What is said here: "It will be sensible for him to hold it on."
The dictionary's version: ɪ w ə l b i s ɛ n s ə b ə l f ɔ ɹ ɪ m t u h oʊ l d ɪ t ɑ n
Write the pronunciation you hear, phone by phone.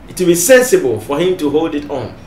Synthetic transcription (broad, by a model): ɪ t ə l b i s ɛ n s ə b ə l f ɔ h ɪ m t u h oʊ l d ɪ t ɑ n